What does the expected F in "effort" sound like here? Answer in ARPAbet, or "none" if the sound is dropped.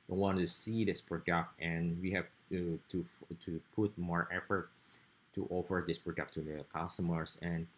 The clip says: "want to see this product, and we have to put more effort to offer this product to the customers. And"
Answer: F